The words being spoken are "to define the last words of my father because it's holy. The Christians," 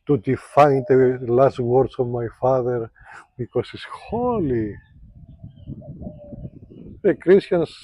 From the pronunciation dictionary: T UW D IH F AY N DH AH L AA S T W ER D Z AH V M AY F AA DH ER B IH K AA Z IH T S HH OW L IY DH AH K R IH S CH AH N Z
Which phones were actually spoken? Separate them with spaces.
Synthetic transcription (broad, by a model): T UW D IH F AY N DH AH L AA S T W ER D S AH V M AY F AA DH ER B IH K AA S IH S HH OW L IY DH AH K R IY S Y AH N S